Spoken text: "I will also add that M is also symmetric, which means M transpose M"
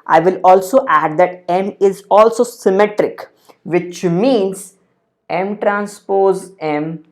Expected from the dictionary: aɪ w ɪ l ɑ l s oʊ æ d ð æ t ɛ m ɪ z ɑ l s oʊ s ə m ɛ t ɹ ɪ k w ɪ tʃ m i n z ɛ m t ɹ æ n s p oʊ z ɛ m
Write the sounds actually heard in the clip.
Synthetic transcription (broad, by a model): aɪ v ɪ l ɑ l s oʊ æ d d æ t ɛ m ɪ z ɑ l s oʊ s ə m ɛ t ɹ ɪ k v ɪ tʃ m i n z ɛ m t ɹ æ n s p oʊ z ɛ m